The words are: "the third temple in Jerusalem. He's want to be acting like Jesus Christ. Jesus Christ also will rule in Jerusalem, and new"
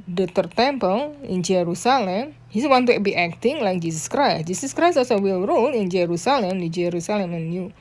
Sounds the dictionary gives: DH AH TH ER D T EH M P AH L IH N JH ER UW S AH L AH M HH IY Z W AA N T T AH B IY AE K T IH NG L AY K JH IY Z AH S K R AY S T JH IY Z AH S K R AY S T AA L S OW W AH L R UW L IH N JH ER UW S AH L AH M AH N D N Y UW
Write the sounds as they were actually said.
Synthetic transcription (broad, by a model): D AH T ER T EH M P AH L IH N JH ER UW S AH L AH M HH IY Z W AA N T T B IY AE K T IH NG L AY K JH IY S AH S K R AY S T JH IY S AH S K R AY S AA S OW W AH L R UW L IH N JH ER UW S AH L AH M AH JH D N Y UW